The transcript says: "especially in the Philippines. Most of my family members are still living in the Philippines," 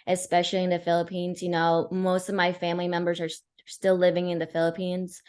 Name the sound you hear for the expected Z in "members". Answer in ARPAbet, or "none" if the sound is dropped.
Z